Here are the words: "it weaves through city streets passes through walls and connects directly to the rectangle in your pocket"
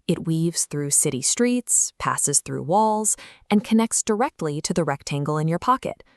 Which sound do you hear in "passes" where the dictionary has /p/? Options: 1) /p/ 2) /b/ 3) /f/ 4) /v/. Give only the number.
1